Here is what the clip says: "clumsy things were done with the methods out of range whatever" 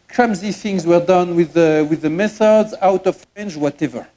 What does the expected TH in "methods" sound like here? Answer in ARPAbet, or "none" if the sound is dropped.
TH